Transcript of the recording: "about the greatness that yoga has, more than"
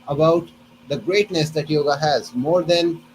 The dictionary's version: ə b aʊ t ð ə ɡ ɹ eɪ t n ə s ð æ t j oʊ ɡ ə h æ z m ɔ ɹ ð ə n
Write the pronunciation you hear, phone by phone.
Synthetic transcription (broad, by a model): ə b aʊ t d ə ɡ ɹ eɪ t n ə s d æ t j oʊ ɡ ə h æ z m ɔ ɹ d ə n